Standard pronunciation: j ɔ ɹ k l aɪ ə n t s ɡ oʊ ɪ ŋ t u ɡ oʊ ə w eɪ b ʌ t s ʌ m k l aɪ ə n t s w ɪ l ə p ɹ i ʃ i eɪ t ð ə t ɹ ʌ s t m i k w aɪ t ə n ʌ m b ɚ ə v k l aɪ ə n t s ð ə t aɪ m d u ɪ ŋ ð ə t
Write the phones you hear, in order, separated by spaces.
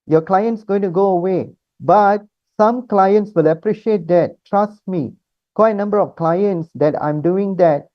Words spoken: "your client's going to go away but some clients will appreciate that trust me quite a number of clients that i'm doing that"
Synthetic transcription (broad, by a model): j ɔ k l aɪ ə n t s ɡ oʊ ɪ ŋ t u ɡ oʊ ə w eɪ b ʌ t s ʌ m k l aɪ ə n t s w ɪ l ə p ɹ i ʃ i eɪ t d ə t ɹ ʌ s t m i k w aɪ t ə n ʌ m b ɚ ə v k l aɪ ə n t s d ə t aɪ m d u ɪ ŋ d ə t